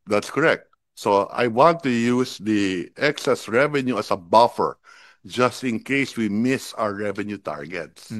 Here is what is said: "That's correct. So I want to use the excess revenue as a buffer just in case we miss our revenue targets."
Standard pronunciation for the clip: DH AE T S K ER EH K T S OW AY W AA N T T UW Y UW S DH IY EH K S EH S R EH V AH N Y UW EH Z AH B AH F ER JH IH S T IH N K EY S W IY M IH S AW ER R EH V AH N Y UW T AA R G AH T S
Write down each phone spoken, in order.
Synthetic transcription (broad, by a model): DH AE T S K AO EH K T S OW AY W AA N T T UW Y UW S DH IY EH K S EH S R EH V AH N Y UW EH S AH B AH F ER JH IH S T IH N K EY S W IY M IH S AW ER R EH V AH N Y UW T AA R G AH T S